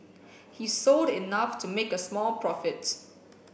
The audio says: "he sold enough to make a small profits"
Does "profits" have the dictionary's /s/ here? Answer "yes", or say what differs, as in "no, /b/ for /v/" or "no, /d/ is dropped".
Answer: no, /s/ is dropped